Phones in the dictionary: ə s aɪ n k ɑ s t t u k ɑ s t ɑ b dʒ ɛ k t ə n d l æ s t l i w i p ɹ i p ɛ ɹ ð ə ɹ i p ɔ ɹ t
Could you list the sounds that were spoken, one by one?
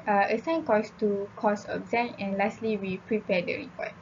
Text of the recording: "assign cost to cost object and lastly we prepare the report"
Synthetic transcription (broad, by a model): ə s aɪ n k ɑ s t t u k ɑ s ɑ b z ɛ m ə n l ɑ s t l i w i p ɹ i p ɛ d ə ɹ i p ɔ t